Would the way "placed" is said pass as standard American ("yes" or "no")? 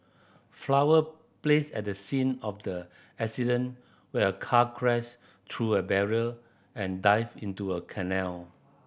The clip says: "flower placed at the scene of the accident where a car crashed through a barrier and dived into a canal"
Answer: no